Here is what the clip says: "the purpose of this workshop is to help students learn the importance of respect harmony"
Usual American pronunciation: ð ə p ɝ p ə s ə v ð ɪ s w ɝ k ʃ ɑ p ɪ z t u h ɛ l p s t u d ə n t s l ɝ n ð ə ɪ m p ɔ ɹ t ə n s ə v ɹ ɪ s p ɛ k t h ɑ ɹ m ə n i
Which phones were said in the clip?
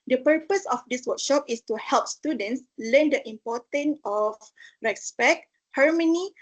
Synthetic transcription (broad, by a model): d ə p ɝ p ə s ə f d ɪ s w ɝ k ʃ ɑ p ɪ s t u h ɛ l p s t u d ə n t s l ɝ n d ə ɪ m p ɔ t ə n ə f ɹ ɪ s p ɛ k h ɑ ɹ m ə n i